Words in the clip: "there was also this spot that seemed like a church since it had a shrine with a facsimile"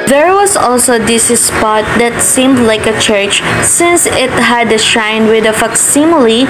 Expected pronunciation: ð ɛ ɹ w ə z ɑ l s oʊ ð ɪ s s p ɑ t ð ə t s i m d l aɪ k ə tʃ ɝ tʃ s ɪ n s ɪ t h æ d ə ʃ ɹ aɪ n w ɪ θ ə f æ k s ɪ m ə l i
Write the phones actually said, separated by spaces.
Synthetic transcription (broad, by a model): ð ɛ ɹ w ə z ɑ l s oʊ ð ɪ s s p ɑ t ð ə t s i m d l aɪ k ə tʃ ɝ tʃ s ɪ n s ɪ t h æ d ə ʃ aɪ n w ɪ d ə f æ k s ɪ m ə l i